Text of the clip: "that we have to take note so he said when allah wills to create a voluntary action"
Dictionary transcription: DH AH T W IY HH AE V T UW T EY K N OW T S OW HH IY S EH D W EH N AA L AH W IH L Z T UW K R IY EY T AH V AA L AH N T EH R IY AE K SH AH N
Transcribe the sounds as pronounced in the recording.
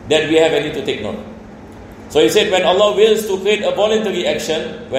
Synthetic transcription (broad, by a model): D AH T W IY HH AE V T UW T EY K N OW T S OW HH IY S EH D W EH N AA L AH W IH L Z T UW K R IY EY T AH V AA L AH N T EH R IY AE K SH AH N